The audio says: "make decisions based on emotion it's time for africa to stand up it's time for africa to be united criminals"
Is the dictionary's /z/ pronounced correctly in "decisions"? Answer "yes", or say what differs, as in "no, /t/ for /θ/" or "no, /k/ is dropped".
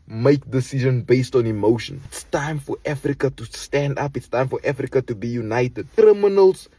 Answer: no, /z/ is dropped